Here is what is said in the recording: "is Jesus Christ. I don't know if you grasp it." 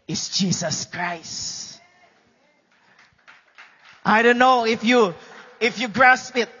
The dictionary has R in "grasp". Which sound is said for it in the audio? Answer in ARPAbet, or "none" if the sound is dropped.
R